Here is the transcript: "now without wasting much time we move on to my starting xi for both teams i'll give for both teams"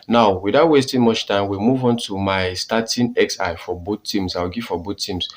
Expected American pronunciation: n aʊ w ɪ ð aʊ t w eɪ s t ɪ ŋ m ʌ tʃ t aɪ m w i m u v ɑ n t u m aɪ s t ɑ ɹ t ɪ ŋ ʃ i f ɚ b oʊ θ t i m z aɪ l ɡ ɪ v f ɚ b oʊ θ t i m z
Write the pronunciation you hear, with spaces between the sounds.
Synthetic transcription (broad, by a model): n aʊ w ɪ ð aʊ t w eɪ s t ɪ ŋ m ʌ tʃ t aɪ m w i m u v ɑ n t u m aɪ s t ɑ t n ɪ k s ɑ f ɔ b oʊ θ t i m s aɪ w ɡ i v f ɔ b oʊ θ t i m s